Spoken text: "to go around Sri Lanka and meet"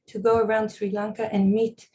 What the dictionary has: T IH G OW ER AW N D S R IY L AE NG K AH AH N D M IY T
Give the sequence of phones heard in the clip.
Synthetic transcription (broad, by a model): T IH G OW ER AW N D S R IY L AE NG K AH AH N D M IY T